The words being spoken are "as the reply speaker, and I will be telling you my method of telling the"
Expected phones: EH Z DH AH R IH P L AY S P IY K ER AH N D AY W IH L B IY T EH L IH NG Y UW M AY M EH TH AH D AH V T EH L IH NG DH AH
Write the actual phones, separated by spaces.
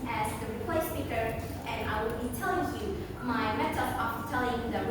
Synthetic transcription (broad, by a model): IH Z DH AH R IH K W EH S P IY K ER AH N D AY W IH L B IY T EH L IH NG Y UW M AY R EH S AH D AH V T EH L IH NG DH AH